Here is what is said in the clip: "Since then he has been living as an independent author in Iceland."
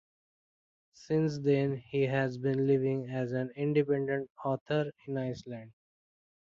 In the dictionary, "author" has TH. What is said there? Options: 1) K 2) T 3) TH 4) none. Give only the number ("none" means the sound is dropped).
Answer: 2